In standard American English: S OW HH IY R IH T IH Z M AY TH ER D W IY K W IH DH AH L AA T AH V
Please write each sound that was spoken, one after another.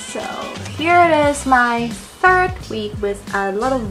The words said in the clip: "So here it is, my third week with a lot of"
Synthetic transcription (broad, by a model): S OW HH IY R IH T IH Z M AY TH ER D W IY K W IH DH AH L AA T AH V